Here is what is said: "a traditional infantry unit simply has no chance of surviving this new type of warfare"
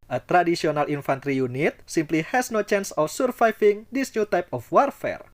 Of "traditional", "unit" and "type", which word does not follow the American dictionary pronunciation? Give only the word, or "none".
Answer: traditional